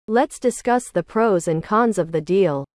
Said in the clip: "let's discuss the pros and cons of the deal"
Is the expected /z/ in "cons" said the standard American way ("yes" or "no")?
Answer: yes